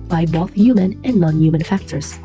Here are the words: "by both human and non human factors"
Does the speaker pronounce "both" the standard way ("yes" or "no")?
yes